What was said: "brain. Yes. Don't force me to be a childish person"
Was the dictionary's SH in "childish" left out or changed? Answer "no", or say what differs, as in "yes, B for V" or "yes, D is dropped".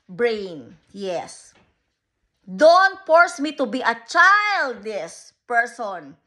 yes, S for SH